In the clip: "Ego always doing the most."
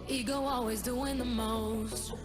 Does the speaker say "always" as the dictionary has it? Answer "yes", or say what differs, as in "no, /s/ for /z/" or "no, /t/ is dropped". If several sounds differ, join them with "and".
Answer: yes